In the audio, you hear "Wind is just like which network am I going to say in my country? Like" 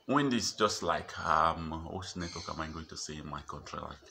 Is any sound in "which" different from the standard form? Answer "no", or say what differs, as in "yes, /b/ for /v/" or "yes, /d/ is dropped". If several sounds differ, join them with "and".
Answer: yes, /s/ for /tʃ/